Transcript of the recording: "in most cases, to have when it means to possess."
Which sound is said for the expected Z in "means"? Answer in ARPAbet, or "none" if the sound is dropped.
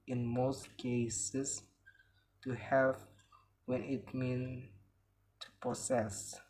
none